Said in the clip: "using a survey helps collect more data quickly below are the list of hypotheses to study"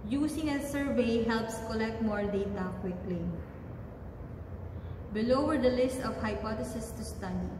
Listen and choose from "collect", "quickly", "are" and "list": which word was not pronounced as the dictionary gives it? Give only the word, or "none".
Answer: none